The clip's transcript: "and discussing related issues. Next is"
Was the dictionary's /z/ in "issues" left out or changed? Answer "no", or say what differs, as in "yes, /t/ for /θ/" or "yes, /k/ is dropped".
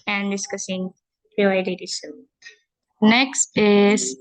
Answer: yes, /z/ is dropped